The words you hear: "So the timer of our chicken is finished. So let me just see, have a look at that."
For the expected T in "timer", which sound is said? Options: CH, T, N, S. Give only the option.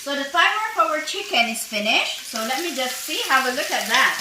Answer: S